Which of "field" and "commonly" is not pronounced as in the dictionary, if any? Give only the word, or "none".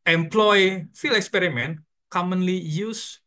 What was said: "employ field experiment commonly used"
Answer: field